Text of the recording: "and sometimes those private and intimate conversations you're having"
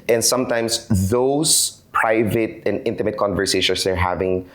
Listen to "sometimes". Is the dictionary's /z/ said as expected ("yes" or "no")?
no